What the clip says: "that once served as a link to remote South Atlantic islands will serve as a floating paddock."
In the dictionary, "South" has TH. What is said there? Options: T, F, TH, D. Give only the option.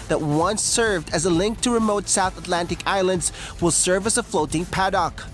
TH